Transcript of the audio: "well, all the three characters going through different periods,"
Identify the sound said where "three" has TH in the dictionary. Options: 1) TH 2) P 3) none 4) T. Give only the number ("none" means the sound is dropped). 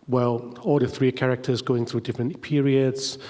1